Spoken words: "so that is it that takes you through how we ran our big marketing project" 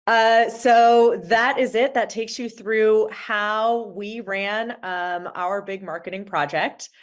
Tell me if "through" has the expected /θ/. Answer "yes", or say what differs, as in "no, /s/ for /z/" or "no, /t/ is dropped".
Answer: yes